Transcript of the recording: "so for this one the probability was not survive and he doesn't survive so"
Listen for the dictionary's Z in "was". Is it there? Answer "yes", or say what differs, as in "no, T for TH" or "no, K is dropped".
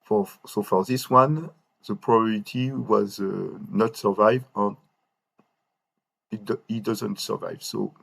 yes